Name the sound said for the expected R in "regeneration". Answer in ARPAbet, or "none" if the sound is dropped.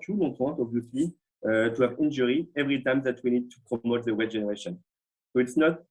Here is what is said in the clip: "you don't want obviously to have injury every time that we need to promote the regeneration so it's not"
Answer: W